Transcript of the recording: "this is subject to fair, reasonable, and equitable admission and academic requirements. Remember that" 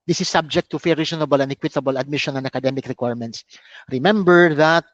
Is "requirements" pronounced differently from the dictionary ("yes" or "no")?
no